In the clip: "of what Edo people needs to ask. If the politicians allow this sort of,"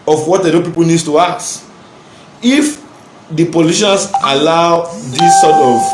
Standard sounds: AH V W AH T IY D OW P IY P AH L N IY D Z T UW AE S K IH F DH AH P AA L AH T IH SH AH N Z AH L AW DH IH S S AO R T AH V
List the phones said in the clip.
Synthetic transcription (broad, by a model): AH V W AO T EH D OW P IY P AH L N IY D T UW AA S IH F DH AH P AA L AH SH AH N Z AH L AW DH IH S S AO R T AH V